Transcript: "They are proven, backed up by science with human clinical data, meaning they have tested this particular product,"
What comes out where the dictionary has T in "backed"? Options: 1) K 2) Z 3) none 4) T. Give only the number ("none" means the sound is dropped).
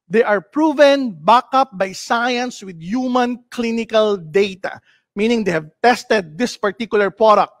3